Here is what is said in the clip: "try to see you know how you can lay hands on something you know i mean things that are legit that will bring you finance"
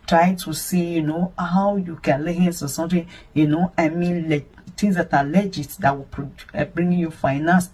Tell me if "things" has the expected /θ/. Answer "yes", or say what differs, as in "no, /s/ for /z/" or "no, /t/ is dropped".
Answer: no, /t/ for /θ/